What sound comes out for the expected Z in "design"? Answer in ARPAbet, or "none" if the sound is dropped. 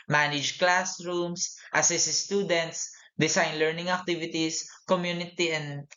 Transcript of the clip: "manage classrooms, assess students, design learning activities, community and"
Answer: S